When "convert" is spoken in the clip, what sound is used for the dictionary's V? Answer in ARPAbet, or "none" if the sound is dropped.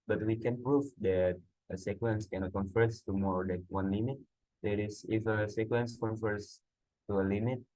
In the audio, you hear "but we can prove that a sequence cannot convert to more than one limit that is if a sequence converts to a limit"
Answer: F